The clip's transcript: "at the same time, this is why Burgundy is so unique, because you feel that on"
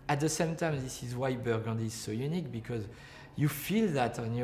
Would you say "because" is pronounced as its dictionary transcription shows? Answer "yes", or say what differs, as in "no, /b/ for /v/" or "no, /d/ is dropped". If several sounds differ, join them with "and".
yes